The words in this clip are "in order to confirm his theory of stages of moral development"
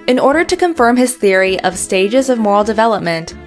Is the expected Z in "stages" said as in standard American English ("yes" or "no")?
yes